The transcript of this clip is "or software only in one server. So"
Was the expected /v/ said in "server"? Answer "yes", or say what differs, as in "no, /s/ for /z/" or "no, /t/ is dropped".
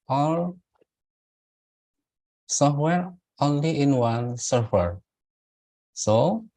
no, /f/ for /v/